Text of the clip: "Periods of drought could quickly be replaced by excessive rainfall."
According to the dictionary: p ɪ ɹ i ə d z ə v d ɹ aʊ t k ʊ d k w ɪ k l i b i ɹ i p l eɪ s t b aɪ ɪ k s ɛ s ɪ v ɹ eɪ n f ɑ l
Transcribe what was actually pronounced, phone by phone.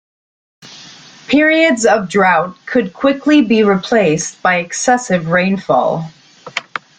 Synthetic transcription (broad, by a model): p ɪ ɹ i ə d z ə v d ɹ aʊ t k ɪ d k w ɪ k l i b i ɹ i p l eɪ s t b aɪ ɪ k s ɛ s ɪ v ɹ eɪ n f ɑ l